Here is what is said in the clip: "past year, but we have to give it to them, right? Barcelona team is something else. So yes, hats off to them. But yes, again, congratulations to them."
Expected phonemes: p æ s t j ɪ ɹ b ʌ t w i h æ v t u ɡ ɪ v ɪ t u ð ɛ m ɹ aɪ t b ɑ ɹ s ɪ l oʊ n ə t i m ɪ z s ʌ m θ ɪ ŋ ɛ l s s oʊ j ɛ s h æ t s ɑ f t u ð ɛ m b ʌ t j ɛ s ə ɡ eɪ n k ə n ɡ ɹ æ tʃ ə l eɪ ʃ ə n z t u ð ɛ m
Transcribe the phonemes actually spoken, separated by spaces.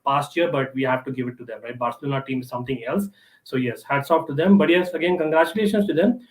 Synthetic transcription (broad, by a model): p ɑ s t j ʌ ɹ b ʌ t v i h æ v t u ɡ ɪ v ɪ t u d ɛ m ɹ aɪ t b ɑ ɹ s ɪ l oʊ n ə t i m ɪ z s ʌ m t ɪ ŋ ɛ l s s oʊ j ɛ s h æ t s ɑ p t u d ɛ m b ʌ t j ɛ s ə ɡ eɪ n k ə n ɡ ɹ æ tʃ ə l eɪ ʃ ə n s t u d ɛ m